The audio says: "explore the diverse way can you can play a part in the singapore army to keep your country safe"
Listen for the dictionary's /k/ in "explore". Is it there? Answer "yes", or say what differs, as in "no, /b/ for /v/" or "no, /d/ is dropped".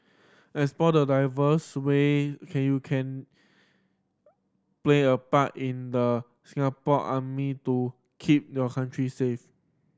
no, /k/ is dropped